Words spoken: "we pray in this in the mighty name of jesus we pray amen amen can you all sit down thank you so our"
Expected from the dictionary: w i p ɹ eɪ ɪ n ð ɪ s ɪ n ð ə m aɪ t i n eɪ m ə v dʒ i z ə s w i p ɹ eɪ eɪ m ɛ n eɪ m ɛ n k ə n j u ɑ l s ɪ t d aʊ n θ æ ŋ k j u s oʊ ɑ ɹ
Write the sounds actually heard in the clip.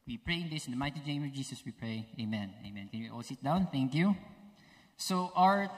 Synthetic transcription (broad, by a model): w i p ɹ eɪ ɪ n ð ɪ s ɪ n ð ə m aɪ t i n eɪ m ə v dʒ i s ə s w i p ɹ eɪ eɪ m ɛ n eɪ m ɛ n k ə n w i ɑ l s ɪ t d aʊ n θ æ ŋ k j u s oʊ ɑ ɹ